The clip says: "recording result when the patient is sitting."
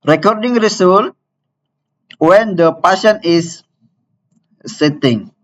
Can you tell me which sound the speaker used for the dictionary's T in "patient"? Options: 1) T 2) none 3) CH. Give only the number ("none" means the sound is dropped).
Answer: 2